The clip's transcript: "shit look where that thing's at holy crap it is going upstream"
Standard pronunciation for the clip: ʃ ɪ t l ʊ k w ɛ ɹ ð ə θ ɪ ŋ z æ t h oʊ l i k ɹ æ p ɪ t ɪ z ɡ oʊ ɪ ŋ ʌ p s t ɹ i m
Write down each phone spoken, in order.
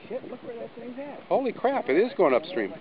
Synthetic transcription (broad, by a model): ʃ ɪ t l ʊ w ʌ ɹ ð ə t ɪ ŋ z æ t h oʊ l i k ɹ æ p ɪ t ɪ z ɡ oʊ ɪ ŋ ʌ p s t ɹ i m